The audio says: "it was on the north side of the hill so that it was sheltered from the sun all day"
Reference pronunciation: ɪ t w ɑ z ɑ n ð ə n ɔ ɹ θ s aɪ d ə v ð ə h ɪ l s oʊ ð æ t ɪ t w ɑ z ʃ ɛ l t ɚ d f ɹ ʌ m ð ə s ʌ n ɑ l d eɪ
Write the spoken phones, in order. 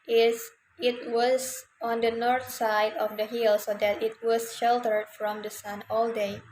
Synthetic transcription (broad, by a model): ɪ t w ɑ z ɑ n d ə n ɔ ɹ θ s aɪ d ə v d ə h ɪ l s oʊ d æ t ɪ t w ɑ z ʃ ɛ l t ɚ d f ɹ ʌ m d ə s ʌ n ɑ l d eɪ